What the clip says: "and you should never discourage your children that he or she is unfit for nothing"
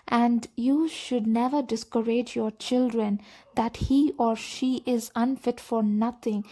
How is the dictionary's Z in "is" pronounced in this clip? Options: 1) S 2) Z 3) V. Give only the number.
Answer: 2